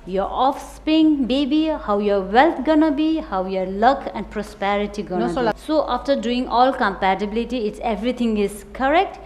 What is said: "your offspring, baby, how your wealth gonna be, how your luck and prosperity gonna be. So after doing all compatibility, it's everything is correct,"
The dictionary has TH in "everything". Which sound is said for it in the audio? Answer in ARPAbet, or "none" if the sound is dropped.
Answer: T